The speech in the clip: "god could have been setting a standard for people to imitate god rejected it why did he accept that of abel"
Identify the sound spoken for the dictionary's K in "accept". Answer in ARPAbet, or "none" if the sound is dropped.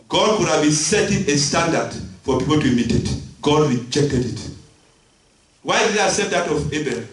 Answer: none